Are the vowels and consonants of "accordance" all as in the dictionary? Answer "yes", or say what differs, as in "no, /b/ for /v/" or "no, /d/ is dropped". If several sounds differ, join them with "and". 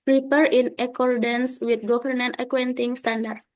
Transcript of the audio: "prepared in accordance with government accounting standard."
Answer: yes